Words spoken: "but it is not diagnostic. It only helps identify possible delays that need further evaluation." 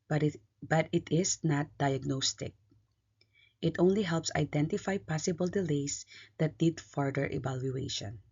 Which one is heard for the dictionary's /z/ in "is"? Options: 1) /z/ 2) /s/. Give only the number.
2